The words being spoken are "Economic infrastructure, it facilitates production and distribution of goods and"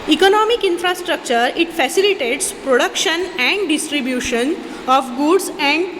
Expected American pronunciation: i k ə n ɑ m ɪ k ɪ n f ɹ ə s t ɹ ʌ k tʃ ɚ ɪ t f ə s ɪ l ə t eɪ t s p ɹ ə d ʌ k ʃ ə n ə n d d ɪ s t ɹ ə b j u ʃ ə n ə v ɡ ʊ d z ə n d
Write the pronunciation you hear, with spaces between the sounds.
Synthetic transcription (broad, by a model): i k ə n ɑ m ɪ k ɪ n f ɹ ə s t ɹ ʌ k tʃ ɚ ɪ t f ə s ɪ l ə t eɪ t s p ɹ ə d ʌ k ʃ ə n ə n d d ɪ s t ɹ ə b j u ʃ ə n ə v ɡ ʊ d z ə n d